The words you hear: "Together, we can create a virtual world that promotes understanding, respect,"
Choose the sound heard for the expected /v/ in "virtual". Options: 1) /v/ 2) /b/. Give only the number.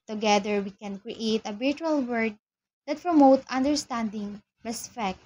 2